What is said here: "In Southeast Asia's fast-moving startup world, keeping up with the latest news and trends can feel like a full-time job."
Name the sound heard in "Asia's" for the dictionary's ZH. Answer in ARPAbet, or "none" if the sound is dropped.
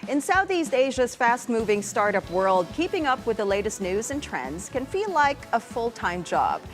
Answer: ZH